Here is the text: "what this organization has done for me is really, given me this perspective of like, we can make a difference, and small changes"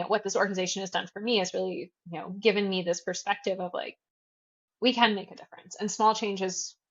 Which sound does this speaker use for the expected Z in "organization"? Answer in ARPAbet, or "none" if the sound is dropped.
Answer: Z